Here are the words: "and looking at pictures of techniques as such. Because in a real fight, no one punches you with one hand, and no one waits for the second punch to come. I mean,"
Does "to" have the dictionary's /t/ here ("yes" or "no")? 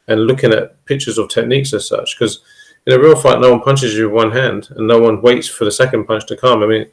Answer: yes